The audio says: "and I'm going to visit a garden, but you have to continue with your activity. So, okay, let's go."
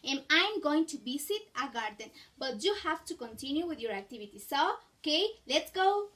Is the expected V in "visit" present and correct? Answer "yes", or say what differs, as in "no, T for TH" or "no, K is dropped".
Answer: no, B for V